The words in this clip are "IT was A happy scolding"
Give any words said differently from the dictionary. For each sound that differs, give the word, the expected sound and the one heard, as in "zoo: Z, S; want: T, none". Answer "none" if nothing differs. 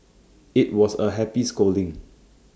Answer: was: Z, S